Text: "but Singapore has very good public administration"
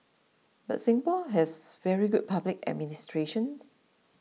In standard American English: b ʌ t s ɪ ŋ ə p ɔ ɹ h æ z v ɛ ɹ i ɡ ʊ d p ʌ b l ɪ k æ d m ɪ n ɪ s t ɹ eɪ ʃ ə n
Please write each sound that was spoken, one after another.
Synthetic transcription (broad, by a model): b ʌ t s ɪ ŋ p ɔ l h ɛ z v ɛ ɹ i ɡ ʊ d p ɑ b l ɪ k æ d m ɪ n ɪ s t ɹ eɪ ʃ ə n